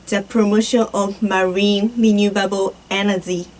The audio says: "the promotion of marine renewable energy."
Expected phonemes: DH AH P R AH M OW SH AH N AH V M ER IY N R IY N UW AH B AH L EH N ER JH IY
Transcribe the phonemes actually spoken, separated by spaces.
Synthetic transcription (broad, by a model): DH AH P R AH M OW SH AH N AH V M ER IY N L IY N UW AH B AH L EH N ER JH IY